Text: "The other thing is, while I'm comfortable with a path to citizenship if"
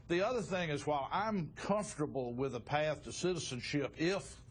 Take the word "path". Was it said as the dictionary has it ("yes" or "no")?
yes